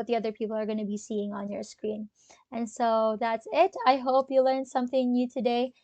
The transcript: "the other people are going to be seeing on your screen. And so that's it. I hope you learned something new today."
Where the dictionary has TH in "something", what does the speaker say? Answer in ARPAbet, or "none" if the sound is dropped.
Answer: TH